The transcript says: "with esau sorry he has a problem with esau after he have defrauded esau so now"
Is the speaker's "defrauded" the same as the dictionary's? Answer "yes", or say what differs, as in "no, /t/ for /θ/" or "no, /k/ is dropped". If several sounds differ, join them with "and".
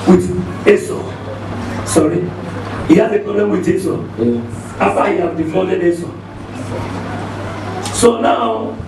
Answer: no, /ɹ/ is dropped